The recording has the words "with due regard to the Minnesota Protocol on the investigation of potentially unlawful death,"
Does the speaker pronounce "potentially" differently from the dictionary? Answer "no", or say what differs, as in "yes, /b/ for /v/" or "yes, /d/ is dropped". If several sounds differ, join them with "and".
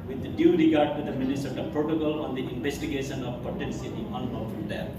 yes, /s/ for /ʃ/ and /n/ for /l/